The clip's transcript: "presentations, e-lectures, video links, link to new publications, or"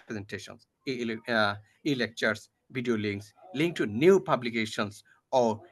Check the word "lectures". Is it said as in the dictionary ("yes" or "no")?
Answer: no